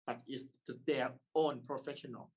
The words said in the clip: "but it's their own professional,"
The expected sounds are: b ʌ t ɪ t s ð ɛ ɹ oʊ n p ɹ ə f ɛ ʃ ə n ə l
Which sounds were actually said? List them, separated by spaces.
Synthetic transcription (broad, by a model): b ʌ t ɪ s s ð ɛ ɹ oʊ n p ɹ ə f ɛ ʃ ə n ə l